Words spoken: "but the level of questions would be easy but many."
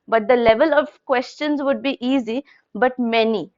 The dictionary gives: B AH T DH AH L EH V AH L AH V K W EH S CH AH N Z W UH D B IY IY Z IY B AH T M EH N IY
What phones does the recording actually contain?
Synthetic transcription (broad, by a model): B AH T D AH L EH V AH L AH V K W EH S CH AH N Z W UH D B IY IY Z IY B AH T M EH N IY